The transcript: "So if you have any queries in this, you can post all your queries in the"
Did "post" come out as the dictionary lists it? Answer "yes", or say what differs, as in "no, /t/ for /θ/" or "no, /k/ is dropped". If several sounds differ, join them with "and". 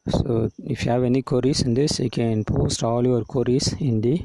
yes